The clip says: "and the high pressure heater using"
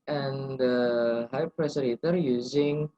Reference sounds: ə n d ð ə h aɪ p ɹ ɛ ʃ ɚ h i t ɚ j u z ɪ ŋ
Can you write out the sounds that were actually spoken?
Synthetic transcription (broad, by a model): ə n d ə h aɪ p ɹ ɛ s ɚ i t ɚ j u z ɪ ŋ